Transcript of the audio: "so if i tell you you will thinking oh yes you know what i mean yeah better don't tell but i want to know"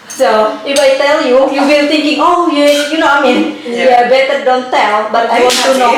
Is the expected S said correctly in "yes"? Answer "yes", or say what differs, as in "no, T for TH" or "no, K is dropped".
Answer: no, S is dropped